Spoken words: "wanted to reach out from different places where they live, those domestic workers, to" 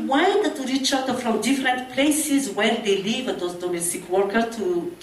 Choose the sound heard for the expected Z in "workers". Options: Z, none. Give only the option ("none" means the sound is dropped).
none